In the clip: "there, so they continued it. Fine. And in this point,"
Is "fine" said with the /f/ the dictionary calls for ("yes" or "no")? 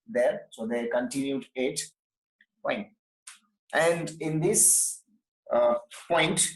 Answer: no